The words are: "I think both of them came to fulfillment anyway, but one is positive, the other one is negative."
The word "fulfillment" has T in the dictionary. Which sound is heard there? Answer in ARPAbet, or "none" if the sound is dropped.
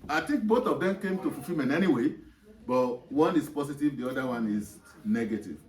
none